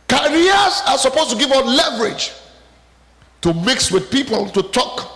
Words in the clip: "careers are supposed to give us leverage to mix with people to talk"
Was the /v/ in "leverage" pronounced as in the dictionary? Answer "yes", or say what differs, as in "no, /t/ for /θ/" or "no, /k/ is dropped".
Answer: yes